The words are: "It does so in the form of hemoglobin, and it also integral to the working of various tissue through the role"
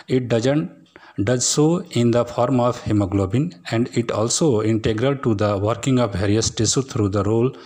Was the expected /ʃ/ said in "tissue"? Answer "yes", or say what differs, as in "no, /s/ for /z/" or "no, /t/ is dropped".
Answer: no, /s/ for /ʃ/